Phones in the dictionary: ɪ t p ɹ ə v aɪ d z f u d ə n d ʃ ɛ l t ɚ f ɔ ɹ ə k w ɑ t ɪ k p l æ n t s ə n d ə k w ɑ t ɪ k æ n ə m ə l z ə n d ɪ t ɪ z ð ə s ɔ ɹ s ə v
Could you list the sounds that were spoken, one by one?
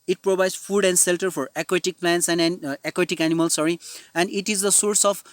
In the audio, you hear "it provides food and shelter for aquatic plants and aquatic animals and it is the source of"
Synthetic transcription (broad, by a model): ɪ t p ɹ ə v aɪ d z f u d ə n d s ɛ l t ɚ f ɔ ɹ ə k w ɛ t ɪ k p l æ n t s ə n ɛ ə k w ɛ t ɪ k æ n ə m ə l s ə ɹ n ɪ t ɪ z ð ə s ɔ ɹ s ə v